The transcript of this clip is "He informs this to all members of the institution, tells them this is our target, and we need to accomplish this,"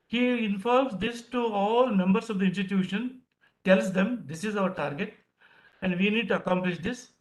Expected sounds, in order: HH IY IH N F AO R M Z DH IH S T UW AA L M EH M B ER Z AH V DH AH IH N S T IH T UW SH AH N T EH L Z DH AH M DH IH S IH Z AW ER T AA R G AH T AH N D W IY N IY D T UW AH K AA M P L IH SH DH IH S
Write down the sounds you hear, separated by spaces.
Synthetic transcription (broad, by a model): HH IY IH N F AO L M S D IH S T UW AA L M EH M B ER S AH V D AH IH N S T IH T UW SH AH N T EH L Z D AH M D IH S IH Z AW ER T AA R G AH T AH N D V IY N IY D T UW AH K AA M P L IH SH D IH S